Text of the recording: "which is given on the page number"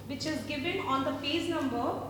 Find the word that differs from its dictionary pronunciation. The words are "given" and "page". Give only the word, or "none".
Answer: page